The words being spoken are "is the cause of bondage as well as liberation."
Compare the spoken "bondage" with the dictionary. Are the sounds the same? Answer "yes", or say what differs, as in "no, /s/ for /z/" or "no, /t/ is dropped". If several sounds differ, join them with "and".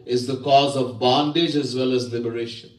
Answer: yes